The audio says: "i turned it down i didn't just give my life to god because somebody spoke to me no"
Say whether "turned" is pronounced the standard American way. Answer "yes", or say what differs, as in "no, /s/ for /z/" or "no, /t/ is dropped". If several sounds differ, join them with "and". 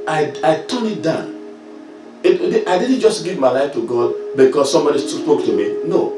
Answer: no, /d/ is dropped